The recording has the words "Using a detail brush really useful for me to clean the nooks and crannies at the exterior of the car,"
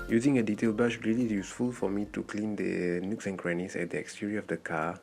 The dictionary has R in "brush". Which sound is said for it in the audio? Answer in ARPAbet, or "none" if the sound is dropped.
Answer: none